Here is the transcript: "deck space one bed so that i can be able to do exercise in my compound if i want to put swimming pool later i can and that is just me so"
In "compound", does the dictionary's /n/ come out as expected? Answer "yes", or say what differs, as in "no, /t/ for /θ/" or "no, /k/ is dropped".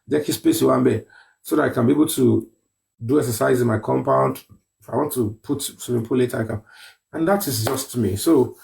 yes